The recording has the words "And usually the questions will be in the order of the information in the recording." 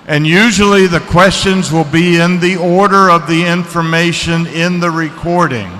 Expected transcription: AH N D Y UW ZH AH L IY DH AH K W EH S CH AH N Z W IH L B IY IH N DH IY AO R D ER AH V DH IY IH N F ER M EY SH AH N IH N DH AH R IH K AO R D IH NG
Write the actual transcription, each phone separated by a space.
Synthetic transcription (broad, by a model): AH N Y UW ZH L IY DH AH K W EH S CH AH N Z W IH L B IY IH N DH IY AO R D ER AH V DH IY IH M F ER M EY SH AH N IH N DH AH R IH K AO R D IH NG